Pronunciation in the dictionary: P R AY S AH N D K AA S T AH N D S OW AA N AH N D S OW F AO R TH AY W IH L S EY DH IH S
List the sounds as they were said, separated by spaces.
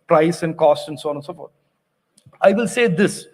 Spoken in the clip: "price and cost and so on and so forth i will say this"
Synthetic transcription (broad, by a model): P R AY S AH N D K AA S T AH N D S OW AA N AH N S OW F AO R T AY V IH L S EY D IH S